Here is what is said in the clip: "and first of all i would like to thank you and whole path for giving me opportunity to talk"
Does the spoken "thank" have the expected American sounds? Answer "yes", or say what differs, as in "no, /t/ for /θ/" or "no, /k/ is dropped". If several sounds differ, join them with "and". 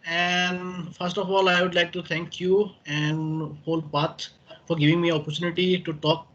no, /t/ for /θ/